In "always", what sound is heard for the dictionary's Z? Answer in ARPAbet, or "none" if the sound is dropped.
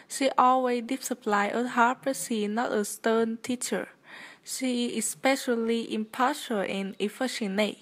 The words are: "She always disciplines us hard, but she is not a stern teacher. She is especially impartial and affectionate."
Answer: none